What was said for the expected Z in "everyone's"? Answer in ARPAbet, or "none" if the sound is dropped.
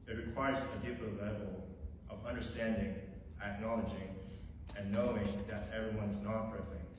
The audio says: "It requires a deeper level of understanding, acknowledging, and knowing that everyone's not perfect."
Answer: Z